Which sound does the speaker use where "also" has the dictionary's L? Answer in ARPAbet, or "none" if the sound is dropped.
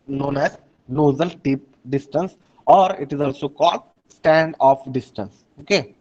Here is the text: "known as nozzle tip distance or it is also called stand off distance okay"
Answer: L